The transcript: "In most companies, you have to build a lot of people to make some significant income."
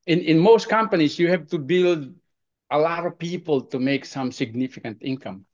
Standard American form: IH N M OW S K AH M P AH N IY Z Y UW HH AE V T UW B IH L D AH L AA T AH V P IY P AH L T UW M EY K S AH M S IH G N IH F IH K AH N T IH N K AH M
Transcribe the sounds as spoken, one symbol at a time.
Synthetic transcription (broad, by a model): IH N M OW S K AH M P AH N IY S Y UW HH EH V T UW B IH L D AH L AA T AH V P IY P AH L T UW M EY K S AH M S IH G N IH F IH K AH N T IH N K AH M